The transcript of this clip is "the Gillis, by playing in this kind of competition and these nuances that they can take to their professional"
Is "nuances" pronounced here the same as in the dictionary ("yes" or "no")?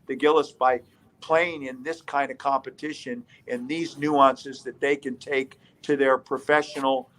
yes